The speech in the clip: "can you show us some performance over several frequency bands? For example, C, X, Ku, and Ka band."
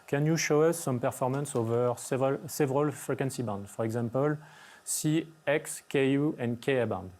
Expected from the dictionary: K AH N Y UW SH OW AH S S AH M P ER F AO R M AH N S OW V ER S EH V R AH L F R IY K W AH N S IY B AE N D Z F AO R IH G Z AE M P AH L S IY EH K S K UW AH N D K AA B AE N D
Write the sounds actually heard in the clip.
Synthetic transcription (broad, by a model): K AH N Y UW SH OW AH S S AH M P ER F AO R M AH N S OW V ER S EH V R AH L F R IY K W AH N S IY B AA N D F AO R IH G Z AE M P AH L S IY EH K S K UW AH N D K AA B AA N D